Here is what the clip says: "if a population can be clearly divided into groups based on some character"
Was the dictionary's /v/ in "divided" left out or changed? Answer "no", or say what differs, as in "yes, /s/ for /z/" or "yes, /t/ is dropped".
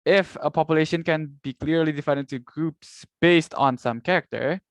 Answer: yes, /f/ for /v/